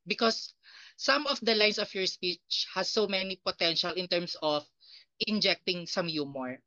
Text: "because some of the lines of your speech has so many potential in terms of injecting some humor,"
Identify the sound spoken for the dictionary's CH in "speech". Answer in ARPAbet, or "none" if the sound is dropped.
CH